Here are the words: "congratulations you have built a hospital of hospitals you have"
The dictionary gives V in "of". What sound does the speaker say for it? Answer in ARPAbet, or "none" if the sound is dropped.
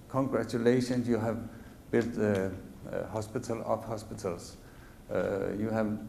P